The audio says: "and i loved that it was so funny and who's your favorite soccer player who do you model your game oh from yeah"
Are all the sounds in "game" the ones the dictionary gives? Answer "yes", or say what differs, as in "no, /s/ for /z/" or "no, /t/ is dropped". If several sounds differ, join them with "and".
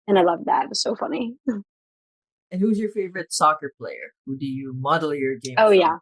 no, /m/ is dropped